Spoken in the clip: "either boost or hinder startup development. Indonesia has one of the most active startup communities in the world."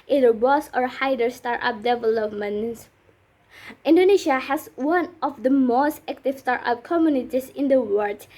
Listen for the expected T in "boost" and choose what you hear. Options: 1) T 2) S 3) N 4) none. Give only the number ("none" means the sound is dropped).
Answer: 4